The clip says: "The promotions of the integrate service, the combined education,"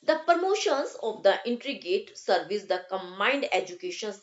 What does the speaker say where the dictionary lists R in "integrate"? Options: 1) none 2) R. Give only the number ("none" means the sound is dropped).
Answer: 1